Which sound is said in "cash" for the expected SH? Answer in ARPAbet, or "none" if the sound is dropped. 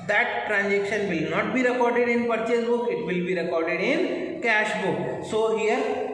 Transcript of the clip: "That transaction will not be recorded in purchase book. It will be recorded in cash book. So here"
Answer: SH